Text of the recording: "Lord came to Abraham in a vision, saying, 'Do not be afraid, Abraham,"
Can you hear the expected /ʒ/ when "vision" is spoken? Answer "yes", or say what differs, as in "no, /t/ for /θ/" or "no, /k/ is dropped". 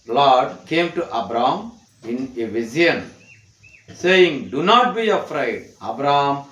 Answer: no, /z/ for /ʒ/